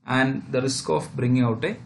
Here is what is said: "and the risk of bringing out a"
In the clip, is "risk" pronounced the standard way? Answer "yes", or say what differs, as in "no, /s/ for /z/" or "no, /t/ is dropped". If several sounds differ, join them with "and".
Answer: yes